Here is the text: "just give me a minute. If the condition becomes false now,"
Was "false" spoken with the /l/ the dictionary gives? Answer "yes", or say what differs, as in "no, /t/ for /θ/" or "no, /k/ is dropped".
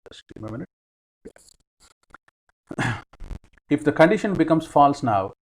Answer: yes